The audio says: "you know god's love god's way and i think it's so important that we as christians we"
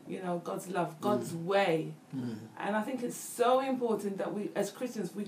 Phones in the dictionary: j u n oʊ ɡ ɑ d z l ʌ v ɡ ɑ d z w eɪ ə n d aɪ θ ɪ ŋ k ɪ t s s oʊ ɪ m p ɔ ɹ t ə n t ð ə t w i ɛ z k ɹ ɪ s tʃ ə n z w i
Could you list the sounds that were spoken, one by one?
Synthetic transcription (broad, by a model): j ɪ n oʊ ɡ ɑ d z l ʌ v ɡ ɑ d z w eɪ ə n aɪ θ ɪ ŋ k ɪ t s s oʊ ɪ m p ɔ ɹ t n ð ə t w i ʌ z k ɹ ɪ s tʃ ə n z w i